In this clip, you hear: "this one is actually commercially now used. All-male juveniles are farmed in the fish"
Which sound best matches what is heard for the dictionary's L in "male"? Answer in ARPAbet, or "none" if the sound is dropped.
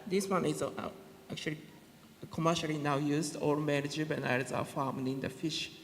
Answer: N